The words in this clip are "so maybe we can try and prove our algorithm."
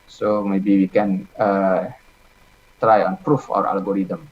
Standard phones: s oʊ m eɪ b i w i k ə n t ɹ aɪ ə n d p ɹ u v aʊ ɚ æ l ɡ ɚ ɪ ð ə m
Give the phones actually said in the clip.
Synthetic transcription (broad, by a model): s oʊ m eɪ b i w i k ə n t ɹ aɪ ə n p ɹ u f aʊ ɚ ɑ l ɡ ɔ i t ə m